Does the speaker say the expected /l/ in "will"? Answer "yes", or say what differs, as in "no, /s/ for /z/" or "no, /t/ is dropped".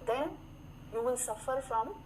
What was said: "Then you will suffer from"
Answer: no, /n/ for /l/